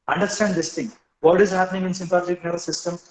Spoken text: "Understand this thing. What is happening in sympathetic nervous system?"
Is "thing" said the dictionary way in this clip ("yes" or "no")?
no